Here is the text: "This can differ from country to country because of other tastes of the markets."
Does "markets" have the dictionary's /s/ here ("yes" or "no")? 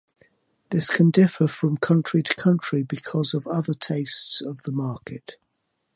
no